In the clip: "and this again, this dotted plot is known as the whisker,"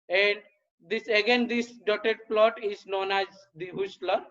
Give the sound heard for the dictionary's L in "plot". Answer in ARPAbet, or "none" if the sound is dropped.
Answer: L